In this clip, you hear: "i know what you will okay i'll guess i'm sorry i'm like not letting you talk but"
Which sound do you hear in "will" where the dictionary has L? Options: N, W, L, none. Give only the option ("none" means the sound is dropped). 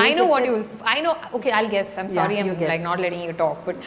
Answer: N